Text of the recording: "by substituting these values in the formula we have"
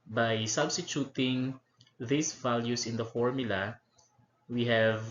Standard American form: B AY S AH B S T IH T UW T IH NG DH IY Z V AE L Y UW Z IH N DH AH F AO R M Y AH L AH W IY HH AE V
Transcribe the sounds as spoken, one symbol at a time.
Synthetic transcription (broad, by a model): B AY S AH B S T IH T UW T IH NG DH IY S V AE L Y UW S IH N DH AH F AO R M Y AH L AH W IY HH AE V